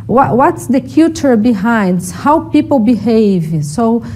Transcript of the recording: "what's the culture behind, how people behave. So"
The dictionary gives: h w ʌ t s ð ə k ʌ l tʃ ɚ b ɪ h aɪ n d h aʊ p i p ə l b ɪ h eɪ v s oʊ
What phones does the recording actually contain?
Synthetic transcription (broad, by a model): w w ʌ t s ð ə k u tʃ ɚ b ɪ h aɪ n d h aʊ p i p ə l b ɪ h eɪ v s oʊ